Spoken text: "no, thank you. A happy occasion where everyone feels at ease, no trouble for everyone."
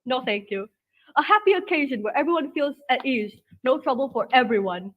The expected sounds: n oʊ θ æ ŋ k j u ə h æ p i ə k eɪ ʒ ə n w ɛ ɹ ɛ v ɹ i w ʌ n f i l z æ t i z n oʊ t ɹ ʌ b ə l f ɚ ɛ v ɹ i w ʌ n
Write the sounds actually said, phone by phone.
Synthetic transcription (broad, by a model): n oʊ θ æ ŋ k j u ə h æ p i ə k eɪ ʒ ə n w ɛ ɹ ɛ v ɹ i w ʌ n f i l z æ t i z n oʊ t ɹ ʌ b ə l f ɚ ɛ v ɹ i w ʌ n